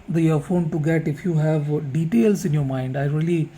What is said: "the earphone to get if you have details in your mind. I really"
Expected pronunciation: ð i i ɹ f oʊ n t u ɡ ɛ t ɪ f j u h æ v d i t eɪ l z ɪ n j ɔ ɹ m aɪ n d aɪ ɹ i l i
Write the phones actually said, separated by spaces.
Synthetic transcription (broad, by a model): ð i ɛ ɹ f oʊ n t u ɡ ɛ t ɪ f j u h æ v d i t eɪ l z ɪ n j ɔ ɹ m aɪ n d aɪ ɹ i l i